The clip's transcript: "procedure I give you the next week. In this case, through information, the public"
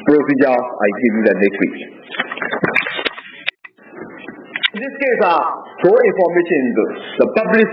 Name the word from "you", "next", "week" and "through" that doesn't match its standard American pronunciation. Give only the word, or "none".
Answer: through